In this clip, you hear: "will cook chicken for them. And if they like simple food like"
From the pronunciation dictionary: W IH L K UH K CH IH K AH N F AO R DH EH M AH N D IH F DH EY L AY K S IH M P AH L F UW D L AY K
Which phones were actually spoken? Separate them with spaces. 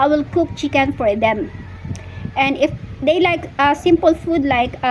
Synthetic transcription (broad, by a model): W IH L K UH K CH IH K AH N F AO R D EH M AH N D IH F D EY L AY K S IH M P AH L F UW D L AY K